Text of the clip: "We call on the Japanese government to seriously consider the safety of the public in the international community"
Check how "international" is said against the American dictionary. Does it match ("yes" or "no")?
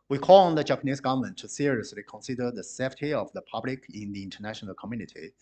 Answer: yes